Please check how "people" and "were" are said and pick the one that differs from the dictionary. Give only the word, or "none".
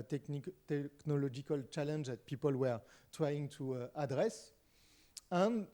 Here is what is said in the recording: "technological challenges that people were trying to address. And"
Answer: none